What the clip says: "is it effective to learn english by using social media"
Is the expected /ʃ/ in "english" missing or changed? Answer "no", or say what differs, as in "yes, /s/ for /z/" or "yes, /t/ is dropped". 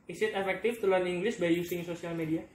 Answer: yes, /s/ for /ʃ/